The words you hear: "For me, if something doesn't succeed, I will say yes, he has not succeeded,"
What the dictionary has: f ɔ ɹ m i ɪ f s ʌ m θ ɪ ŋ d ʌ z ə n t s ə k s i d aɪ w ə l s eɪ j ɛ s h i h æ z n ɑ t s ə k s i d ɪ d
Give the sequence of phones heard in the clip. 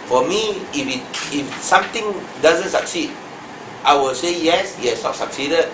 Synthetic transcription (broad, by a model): f ɔ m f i ɪ f s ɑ m t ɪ ŋ d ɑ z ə n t s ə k s i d aɪ w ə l s eɪ j ɛ s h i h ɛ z n ɑ t s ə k s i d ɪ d